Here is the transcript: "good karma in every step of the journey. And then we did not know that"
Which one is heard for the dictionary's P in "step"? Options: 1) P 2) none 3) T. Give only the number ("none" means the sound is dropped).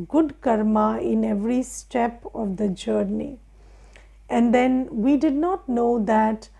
1